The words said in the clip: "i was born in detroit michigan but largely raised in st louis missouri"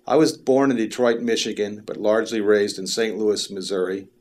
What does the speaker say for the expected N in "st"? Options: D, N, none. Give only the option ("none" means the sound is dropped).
N